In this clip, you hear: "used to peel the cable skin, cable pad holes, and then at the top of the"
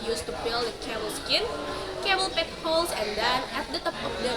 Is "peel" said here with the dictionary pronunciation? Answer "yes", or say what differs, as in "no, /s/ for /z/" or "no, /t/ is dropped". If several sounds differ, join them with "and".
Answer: no, /b/ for /p/